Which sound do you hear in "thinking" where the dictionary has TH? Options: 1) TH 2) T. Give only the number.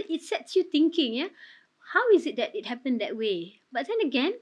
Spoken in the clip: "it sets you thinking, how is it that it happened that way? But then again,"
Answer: 2